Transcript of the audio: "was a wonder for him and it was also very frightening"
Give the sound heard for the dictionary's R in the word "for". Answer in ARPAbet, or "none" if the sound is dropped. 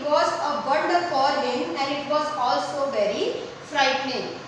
L